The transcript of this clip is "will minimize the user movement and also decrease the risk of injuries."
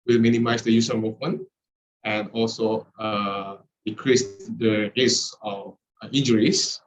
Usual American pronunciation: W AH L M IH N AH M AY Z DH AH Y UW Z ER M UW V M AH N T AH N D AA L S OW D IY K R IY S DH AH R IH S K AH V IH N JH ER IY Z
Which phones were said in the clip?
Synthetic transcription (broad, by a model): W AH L M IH N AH M AY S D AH Y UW S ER M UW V M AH N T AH N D AA L S OW D IY K R IY S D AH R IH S AH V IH N JH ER IY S